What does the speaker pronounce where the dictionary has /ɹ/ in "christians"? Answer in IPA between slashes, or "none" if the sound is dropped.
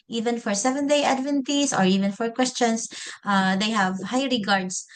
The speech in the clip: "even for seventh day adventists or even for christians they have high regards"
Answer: /w/